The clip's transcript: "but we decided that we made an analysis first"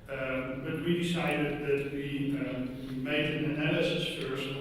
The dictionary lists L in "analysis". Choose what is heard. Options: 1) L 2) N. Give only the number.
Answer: 2